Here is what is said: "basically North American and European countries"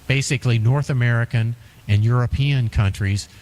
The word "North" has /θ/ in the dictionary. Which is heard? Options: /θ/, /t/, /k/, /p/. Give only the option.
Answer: /θ/